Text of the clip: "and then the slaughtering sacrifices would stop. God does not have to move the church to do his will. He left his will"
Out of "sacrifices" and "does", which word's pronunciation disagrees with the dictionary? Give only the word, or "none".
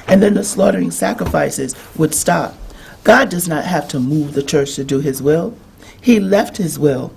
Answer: none